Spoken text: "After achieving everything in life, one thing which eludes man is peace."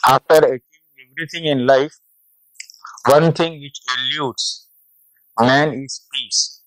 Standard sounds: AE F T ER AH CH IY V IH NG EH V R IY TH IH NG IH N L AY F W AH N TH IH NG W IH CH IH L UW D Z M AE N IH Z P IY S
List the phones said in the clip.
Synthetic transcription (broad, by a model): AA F T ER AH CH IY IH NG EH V R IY T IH NG IH N L AY F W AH N T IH NG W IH CH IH L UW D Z M AE N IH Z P IY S